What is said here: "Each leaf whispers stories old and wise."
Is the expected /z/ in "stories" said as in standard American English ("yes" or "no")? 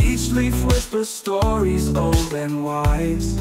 yes